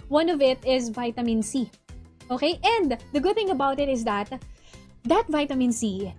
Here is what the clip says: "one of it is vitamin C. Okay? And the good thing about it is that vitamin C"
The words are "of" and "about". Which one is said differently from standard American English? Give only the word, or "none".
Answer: none